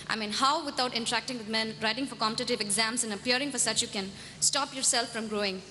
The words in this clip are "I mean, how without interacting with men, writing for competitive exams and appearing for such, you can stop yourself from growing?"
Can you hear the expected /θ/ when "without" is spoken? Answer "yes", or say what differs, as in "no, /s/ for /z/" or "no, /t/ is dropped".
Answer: no, /t/ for /θ/